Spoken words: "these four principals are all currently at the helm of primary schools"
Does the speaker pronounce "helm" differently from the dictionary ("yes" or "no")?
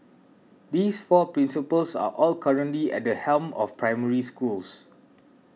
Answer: no